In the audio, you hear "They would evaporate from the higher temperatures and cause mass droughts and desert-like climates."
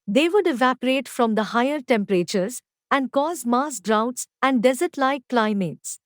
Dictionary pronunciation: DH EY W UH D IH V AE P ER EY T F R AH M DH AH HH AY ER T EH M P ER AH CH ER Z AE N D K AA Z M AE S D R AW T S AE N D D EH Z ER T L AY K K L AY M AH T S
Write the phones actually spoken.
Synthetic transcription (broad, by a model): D EY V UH D IH V AE P ER EY T F R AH M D AH HH AY ER T EH M P ER AH CH ER Z AE N D K AA Z M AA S D R AW T S AE N D D EH Z ER T L AY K K L AY M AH T S